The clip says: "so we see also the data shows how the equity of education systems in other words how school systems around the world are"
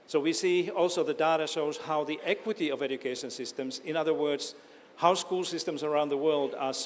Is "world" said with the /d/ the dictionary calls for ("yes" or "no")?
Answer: yes